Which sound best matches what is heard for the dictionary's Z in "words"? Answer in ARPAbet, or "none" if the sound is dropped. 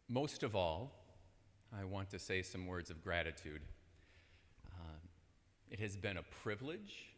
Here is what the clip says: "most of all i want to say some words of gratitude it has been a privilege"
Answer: Z